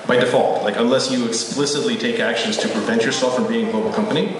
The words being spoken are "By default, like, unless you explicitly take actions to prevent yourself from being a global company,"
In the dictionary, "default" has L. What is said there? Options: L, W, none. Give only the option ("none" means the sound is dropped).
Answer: L